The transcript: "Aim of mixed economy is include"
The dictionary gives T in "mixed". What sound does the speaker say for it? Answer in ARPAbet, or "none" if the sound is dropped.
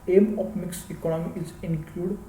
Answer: none